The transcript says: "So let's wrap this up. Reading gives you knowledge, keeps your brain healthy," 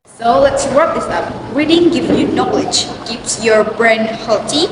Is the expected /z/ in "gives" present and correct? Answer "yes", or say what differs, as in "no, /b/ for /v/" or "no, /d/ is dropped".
no, /z/ is dropped